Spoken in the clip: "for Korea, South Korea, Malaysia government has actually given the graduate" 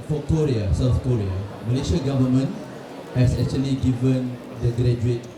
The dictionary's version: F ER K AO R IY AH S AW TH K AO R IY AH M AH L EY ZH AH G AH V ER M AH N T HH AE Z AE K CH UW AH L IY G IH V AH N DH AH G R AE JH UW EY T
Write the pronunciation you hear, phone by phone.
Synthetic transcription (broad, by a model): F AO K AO R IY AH S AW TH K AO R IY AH M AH L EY SH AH G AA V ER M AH N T HH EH S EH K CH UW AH L IY G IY V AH N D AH G R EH JH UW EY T